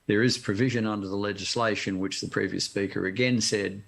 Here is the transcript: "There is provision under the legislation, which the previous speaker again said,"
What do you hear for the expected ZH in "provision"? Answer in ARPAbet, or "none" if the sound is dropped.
ZH